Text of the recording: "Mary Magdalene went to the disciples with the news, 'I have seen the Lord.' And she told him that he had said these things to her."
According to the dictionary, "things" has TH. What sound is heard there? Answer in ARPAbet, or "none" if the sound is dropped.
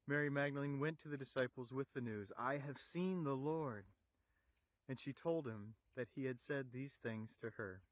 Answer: TH